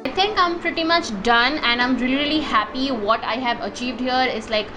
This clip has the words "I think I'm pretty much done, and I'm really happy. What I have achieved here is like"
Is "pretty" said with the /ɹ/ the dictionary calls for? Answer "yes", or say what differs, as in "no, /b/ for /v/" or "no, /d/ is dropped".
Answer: yes